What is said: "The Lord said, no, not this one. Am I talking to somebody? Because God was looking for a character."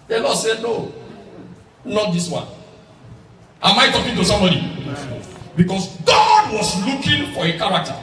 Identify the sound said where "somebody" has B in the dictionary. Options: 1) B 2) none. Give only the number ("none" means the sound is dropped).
2